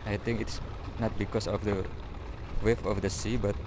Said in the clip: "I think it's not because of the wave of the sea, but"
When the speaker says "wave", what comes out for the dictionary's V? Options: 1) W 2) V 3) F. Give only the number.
3